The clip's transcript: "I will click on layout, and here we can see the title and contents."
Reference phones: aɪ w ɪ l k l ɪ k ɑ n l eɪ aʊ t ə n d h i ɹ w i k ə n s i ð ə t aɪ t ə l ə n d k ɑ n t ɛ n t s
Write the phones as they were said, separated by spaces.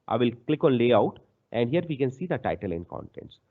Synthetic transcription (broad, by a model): aɪ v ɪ l k l ɪ k ɑ n l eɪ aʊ t ə n d h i ɹ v i k ə n s i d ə t aɪ t ə l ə n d k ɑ n t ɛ n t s